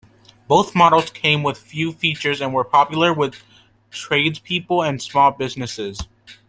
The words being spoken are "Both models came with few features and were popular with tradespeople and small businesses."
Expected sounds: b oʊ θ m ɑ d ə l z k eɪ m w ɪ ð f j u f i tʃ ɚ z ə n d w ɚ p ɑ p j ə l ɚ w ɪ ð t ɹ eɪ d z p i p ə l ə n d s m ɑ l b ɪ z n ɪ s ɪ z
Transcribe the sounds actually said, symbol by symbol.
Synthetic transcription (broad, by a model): b oʊ θ m ɑ d l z k eɪ m w ɪ ð f j u f i tʃ ɚ z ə n w ɚ p ɑ p j l ɚ w ɪ ð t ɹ eɪ d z p i p l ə n s m ɑ l b ɪ z n ɪ s ɪ z